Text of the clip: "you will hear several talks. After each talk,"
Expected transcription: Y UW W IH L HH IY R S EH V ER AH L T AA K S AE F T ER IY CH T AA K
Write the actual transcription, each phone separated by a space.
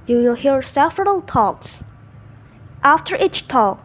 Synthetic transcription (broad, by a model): Y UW W IH L HH IY R S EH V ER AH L T AA K S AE F T ER IY CH T AA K